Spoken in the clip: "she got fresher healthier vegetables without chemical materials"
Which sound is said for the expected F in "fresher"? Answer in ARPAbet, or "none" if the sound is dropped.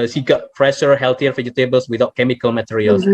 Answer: P